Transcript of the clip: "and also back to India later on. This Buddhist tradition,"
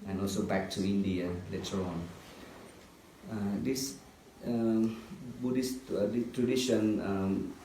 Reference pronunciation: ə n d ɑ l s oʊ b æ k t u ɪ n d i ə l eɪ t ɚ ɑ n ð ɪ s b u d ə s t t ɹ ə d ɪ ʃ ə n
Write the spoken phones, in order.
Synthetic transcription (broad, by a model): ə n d ɑ l s oʊ b æ k t u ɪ n d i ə l eɪ t ɚ ɑ n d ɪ s b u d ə s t t ɹ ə d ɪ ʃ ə n